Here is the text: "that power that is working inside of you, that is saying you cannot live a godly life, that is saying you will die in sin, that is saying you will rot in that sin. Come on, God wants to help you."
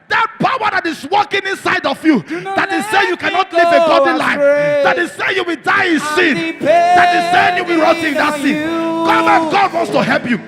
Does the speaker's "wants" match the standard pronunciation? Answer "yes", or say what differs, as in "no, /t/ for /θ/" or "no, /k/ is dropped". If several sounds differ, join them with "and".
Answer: yes